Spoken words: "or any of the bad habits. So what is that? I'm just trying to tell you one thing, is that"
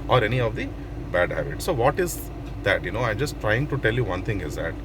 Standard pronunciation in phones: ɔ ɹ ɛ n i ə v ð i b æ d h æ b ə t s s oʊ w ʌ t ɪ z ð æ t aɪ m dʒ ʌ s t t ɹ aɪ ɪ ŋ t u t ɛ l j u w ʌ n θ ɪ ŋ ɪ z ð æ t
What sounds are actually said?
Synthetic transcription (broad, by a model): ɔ ɹ ɛ n i ə v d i b æ d h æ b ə t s s oʊ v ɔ t ɪ z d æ t aɪ m dʒ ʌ s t t ɹ aɪ ɪ ŋ t u t ɛ l j u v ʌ n t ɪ ŋ ɪ z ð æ t